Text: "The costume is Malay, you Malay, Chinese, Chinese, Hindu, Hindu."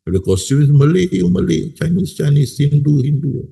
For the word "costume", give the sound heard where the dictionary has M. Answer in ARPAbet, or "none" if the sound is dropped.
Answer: none